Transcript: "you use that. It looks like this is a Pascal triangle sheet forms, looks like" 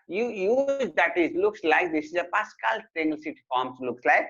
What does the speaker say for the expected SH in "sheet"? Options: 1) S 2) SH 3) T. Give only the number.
1